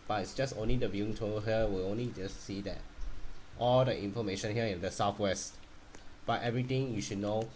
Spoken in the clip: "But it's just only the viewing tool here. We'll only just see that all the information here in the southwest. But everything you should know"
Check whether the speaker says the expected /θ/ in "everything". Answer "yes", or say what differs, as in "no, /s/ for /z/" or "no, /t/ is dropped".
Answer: no, /t/ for /θ/